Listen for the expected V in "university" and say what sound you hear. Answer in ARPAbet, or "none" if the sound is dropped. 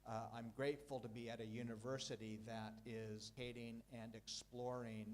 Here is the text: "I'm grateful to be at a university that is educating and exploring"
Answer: V